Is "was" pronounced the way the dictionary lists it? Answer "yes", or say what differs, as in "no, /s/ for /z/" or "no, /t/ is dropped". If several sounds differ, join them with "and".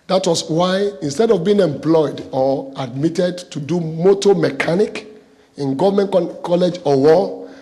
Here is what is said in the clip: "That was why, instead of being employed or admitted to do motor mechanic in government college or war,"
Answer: no, /s/ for /z/